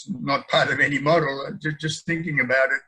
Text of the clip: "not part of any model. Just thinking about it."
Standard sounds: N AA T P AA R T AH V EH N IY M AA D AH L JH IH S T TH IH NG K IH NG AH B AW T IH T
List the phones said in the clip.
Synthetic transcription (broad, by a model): N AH T P AA R T AH V EH N IY M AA D L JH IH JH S TH IH NG K IH NG AH B AW T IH T